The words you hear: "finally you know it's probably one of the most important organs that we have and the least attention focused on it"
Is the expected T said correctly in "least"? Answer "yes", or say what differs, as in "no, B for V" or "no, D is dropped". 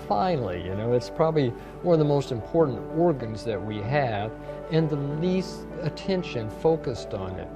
yes